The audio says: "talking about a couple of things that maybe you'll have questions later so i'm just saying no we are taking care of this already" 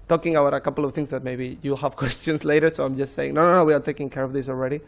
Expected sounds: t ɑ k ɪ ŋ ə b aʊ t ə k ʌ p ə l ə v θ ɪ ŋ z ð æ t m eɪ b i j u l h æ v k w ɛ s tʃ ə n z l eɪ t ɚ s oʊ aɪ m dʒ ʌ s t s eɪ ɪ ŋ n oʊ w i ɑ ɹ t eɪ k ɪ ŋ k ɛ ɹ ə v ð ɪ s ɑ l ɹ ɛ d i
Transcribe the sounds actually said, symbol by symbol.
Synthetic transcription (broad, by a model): t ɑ k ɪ ŋ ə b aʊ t ə k ʌ p ə l ə v t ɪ ŋ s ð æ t m eɪ b i j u h æ v k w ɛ s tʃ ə n s l eɪ t ɚ s oʊ aɪ m dʒ ʌ s t s eɪ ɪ ŋ n oʊ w i ɑ ɹ t eɪ k ɪ ŋ k ɛ ɹ ə v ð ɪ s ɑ l ɹ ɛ d i